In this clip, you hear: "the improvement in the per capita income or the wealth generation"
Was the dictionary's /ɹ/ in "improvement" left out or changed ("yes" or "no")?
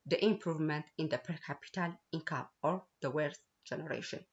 no